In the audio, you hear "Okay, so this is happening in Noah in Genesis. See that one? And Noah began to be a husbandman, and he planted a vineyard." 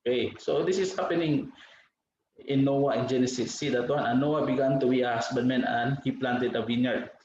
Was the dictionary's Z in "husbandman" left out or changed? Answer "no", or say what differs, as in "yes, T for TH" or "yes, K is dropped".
yes, S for Z